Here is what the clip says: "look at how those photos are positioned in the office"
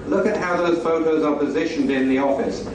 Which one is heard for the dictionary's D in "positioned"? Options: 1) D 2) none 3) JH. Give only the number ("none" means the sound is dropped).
1